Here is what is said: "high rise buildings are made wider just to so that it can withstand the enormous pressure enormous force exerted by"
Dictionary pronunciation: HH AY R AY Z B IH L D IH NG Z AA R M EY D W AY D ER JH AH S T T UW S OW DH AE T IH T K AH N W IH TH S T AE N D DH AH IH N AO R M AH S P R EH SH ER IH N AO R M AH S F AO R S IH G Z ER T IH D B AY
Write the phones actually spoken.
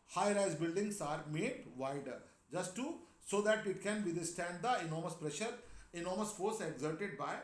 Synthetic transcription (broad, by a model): HH AY R AY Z B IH L D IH NG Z AA R M EY D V AY D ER JH AH S T T UW S OW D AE T IH T K AH N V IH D S T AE N D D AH IH N AO R M AH S P R EH SH ER IH N AO R M AH S F AO R S IH G Z ER T IH D B AY